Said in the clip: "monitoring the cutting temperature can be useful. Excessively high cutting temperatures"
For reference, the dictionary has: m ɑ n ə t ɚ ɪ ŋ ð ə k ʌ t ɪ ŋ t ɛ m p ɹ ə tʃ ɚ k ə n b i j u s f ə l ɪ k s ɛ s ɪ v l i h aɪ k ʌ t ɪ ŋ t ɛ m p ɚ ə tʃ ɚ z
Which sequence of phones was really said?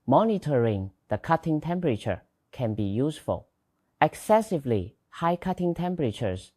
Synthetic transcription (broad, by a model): m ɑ n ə t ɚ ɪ ŋ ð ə k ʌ t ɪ ŋ t ɛ m p ɹ ə tʃ ɚ k ə n b i j u s f ə l ɪ k s ɛ s ɪ v l i h aɪ k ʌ t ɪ ŋ t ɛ m p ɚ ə tʃ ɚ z